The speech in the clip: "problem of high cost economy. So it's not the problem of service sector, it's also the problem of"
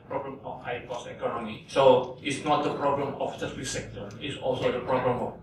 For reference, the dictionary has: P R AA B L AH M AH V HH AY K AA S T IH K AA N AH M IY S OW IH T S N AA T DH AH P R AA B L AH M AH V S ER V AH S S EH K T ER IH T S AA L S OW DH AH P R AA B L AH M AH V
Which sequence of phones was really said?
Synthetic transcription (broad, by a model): P R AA B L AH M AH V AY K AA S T IH K AA N AH M IY S OW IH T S N AA T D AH P R AA B L AH M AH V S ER F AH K S EH K T ER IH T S AA L S OW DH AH P R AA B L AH M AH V